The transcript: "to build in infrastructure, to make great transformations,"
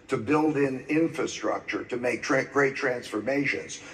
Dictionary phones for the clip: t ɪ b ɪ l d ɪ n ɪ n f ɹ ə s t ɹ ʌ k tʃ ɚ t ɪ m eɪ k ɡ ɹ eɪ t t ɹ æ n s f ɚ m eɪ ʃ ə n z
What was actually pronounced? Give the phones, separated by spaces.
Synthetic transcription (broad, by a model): t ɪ b ɪ l d ɪ n ɪ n f ɹ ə s t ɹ ʌ k tʃ ɚ t ɪ m eɪ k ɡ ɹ eɪ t t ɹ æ n s f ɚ m eɪ ʃ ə n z